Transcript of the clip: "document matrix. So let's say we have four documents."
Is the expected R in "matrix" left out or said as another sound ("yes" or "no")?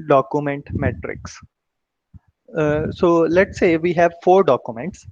no